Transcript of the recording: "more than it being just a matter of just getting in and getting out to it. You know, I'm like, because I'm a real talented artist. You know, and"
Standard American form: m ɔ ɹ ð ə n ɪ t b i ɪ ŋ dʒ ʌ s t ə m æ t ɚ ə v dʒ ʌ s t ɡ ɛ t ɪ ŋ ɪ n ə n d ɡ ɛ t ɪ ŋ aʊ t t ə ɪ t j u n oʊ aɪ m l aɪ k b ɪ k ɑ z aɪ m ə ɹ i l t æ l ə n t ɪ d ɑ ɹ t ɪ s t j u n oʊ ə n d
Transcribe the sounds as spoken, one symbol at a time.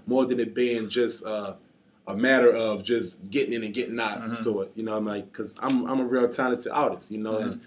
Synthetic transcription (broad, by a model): m ɔ ɹ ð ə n ɪ t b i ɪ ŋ dʒ ʌ s t ə m æ t ɚ ə v dʒ ʌ s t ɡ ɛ t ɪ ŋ ɪ n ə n ɡ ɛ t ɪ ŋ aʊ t t ə ɪ t j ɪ n oʊ aɪ m l aɪ k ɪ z ɑ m aɪ m ə ɹ i l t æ n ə t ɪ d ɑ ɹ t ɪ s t j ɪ n oʊ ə n